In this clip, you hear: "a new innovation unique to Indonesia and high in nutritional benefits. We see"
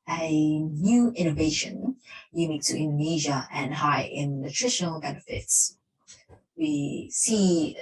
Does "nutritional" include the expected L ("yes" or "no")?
yes